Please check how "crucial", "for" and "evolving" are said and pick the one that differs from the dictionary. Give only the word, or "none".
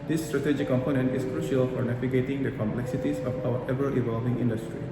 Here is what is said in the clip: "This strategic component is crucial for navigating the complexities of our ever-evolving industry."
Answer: none